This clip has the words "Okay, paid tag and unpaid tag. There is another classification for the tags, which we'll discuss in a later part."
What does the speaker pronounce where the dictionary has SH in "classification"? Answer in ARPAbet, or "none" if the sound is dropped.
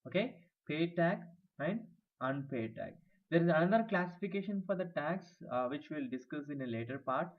SH